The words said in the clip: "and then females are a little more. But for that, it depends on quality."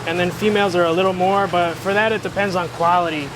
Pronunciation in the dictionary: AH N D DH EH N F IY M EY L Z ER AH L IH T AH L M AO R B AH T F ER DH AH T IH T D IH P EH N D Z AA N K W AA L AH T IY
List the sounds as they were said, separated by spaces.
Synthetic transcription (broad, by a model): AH N DH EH N F IY M EY L Z ER AH L IH T L M AO R B AH T F ER DH AH T IH T D IH P EH N D Z N K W AA L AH T IY